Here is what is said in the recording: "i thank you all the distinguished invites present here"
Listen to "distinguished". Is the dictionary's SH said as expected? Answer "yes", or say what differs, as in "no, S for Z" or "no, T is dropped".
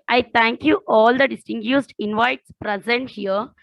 no, S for SH